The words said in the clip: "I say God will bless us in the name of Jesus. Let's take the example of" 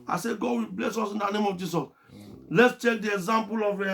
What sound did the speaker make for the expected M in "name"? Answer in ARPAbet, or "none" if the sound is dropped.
M